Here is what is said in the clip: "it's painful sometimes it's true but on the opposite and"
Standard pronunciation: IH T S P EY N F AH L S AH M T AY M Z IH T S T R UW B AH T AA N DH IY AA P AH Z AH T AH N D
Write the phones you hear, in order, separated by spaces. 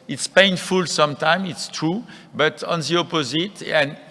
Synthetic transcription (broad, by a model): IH T S P EY N F AH L S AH M T AY M IH T S T R UW B AH T AA N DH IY AA P AH Z AH T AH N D